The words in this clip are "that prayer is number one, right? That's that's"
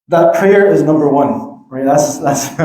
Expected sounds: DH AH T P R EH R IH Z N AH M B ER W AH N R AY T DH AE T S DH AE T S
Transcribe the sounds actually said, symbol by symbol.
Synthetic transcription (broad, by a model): DH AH T P R EH R IH Z N AH M B ER W AH N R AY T DH AE T S DH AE T S